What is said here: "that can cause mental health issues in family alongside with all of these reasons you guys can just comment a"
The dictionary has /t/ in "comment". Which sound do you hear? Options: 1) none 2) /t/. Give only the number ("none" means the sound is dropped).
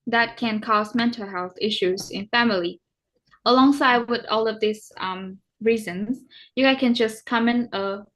1